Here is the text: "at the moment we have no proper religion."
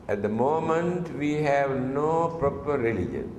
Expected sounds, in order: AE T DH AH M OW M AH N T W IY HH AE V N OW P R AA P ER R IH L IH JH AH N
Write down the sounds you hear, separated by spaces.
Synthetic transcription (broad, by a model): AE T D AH M OW M AH N T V IY HH AE V N OW P R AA P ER R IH L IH JH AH N